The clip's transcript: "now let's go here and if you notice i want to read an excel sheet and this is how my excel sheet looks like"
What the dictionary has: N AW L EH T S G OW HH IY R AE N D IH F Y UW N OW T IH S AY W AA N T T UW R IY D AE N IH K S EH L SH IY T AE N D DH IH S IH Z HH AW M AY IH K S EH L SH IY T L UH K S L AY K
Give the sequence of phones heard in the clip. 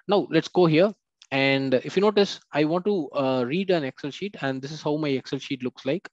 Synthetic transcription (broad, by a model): N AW L EH T S G OW HH IY R AE N D IH F Y UW N OW T IH S AY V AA N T T UW R IY D AE N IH K S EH L SH IY T AE N D IH S IH Z HH AW M AY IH K S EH L SH IY T L UH K S L AY K